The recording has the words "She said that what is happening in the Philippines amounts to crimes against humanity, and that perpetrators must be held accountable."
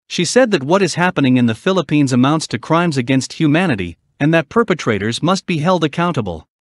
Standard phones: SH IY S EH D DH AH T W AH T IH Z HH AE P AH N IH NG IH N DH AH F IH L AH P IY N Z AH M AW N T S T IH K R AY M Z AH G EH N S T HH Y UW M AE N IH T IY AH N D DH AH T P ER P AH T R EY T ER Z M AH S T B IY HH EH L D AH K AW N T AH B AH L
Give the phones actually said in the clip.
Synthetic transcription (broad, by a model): SH IY S EH D DH AH T W AH T IH Z HH AE P AH N IH NG IH N DH AH F IH L AH P IY N Z AH M AW N T S T IH K R AY M Z AH G EH N S T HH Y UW M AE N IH T IY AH N DH AH T P ER P AH T R EY T ER Z M AH S T B IY HH EH L D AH K AW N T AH B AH L